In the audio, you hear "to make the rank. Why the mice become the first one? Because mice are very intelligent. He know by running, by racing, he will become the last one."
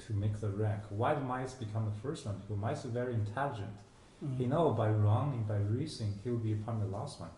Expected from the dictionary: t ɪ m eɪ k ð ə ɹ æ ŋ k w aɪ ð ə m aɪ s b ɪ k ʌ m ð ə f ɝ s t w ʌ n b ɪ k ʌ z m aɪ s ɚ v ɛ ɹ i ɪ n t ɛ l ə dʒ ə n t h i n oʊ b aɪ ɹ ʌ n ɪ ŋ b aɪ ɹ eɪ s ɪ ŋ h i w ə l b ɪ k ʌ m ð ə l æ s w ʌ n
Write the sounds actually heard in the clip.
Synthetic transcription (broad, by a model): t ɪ m eɪ k ð ə ɹ æ ŋ k w aɪ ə m aɪ s b ɪ k ʌ m ð ə f ɝ s t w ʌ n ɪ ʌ m aɪ s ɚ v ɛ ɹ i ɪ n t ɛ l ə dʒ ə n t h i n oʊ b aɪ ɹ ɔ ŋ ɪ ŋ b aɪ ɹ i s ɪ ŋ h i w ə l b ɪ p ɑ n ð ə l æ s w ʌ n